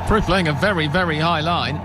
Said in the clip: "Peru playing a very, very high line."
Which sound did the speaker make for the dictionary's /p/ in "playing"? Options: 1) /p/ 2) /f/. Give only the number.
2